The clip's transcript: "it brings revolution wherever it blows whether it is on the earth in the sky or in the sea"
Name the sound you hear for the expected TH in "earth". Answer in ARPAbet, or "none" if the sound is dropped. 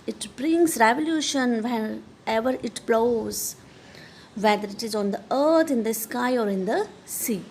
T